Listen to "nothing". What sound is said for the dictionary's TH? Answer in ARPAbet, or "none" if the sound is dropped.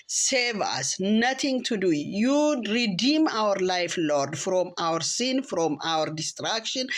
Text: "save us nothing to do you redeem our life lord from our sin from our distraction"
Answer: T